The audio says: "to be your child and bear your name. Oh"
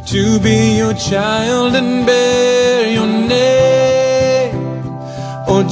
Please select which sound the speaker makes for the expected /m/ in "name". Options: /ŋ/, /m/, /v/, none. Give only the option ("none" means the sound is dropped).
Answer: none